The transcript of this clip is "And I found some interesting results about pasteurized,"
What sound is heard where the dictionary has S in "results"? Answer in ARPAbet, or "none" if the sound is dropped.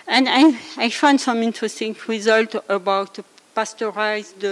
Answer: none